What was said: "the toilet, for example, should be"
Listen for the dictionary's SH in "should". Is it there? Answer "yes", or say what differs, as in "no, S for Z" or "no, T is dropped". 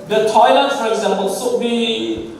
no, S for SH